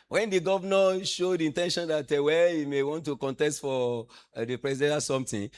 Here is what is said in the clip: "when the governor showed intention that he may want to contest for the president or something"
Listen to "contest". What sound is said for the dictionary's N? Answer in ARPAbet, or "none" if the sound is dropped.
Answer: N